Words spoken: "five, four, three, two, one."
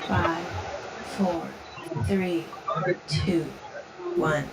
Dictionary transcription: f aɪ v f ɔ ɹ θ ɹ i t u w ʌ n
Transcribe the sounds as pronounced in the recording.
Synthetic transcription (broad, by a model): f aɪ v f ɔ ɹ θ ɹ i t u w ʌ n